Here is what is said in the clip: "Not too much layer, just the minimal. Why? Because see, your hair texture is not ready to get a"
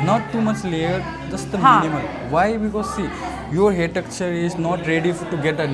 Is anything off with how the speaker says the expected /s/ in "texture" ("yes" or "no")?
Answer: yes